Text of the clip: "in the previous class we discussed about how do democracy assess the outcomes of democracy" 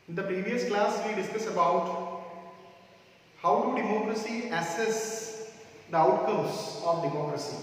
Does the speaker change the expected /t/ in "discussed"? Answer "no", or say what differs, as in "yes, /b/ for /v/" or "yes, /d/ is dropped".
yes, /t/ is dropped